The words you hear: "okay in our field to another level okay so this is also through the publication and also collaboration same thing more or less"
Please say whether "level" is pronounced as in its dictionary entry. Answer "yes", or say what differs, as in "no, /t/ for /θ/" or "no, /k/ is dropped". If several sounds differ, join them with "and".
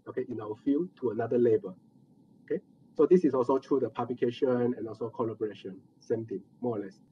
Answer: no, /b/ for /v/